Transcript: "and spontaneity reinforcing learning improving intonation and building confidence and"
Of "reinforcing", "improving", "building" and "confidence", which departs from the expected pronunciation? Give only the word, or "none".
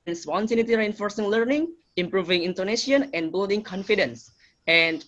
none